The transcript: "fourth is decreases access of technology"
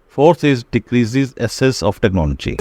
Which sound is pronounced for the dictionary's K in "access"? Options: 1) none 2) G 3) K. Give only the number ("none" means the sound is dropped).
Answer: 1